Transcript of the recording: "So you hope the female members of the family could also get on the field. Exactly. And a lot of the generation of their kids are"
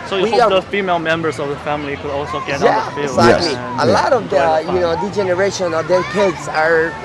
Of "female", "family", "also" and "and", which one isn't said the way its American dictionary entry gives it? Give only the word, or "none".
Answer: and